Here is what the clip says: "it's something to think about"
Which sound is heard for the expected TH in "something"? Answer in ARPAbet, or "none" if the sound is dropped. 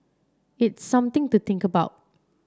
T